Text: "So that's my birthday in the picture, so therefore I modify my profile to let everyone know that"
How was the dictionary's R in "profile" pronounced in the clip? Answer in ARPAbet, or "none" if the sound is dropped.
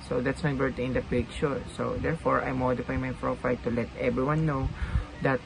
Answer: R